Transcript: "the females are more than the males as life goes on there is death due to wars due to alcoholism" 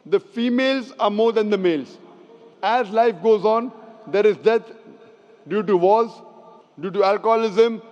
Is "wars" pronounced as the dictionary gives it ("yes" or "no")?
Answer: no